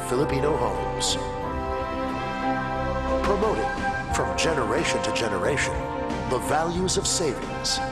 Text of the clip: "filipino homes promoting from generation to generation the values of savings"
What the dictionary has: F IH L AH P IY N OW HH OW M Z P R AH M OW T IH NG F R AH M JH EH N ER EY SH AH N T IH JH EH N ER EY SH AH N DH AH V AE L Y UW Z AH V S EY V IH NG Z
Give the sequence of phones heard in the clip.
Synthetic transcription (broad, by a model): F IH L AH P IY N OW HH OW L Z P R AH M OW T IH NG F R AH M JH EH N ER EY SH AH N T IH JH EH N ER EY SH AH N DH AH V AE L Y UW Z AH V S EY V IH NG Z